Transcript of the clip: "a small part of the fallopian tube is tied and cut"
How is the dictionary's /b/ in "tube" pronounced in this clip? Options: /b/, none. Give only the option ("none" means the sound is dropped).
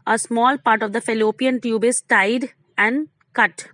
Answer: /b/